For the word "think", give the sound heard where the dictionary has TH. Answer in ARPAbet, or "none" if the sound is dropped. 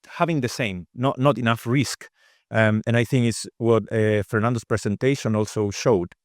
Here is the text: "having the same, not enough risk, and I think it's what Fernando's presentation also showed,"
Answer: TH